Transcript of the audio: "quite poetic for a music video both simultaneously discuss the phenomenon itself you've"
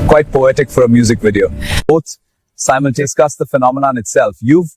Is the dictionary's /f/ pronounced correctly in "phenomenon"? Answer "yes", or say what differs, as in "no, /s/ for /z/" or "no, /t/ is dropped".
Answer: yes